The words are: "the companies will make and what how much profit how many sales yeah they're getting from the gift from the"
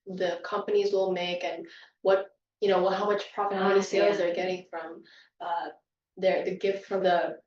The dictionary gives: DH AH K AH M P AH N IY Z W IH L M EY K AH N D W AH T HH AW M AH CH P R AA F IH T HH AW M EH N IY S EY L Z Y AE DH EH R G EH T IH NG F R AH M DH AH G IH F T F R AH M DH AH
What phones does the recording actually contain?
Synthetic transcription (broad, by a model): DH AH K AH M P AH N IY Z W IH L M EY K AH N W AH T HH AW M AH CH P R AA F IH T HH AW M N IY S EY L Z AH R G EH T IH NG F R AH M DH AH G IH F T F R AH M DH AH